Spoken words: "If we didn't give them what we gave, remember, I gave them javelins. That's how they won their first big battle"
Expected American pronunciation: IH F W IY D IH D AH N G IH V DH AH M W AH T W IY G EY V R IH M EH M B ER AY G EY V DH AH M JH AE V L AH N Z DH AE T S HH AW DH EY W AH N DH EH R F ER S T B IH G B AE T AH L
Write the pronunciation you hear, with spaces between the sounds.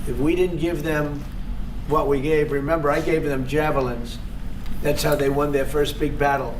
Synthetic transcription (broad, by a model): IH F W IY D IH D N G IH V DH AH M W AH T W IY G EY V R IH M EH M B ER AY G EY V DH AH M JH AE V L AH N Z DH AE T S HH AW DH EY W AH N DH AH R F ER S T B IH G B AE T L